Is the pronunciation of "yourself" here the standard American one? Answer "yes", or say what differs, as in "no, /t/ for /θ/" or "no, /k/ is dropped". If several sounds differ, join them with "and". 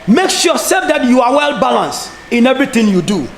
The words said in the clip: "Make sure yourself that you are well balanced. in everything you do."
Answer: no, /l/ is dropped